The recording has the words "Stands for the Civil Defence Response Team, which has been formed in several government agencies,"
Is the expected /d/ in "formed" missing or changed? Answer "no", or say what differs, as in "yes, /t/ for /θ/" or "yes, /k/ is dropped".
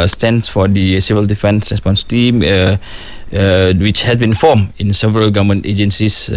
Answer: yes, /d/ is dropped